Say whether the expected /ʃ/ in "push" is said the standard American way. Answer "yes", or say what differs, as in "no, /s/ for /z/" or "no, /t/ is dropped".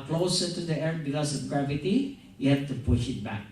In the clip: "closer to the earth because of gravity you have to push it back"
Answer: yes